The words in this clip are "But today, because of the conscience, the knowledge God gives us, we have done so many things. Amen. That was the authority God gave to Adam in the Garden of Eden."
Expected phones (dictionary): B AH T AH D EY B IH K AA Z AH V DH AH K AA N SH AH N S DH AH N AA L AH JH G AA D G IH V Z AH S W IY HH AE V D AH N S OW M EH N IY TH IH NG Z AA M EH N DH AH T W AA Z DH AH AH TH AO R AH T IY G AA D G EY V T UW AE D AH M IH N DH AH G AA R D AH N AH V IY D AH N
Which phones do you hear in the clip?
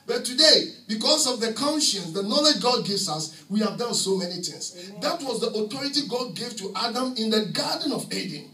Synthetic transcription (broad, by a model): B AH T AH D EY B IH K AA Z AH V DH AH K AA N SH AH N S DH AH N AA L AH JH G AA D G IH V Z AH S W IY HH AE V D AH N S OW M EH N IY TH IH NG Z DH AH T W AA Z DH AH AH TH AO R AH T IY G AA D G EY V T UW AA D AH M IH N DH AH G AA D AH N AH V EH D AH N